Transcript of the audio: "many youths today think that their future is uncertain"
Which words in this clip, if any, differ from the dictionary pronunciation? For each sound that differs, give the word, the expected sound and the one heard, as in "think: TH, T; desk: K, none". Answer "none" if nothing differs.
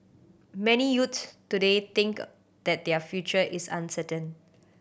youths: TH, T; think: TH, T; is: Z, S